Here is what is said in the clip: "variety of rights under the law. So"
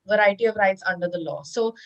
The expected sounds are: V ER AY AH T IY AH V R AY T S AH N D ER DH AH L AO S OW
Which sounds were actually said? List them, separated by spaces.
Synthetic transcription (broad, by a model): V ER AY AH T IY AH V R AY T S AH N D ER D AH L AO S OW